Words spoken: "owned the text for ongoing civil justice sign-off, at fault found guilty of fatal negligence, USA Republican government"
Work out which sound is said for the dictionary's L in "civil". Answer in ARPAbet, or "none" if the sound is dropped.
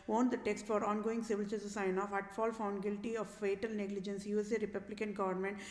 L